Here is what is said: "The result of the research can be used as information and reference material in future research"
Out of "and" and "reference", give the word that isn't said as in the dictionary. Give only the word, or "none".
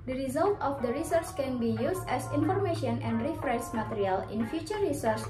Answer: reference